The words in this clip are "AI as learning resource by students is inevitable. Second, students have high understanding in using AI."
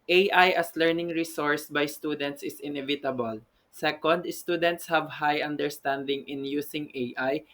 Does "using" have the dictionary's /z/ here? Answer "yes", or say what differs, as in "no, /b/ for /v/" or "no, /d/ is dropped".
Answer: no, /s/ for /z/